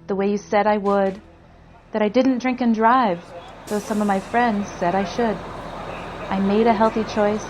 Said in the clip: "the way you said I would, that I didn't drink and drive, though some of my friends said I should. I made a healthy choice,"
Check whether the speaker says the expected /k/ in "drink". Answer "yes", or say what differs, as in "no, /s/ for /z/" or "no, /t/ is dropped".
yes